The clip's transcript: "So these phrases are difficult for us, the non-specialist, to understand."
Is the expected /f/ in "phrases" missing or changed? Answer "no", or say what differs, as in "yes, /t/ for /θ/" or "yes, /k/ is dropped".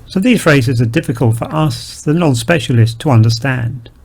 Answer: no